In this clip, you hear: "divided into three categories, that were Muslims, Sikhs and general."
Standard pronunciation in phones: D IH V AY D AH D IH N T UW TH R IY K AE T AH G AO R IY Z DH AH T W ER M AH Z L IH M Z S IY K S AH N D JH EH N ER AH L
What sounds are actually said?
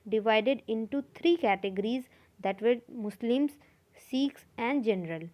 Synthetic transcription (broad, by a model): D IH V AY D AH D IH N T UW T R IY K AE T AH G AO R IY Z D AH T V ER M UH S L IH M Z S IY K S AH N D JH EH N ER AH L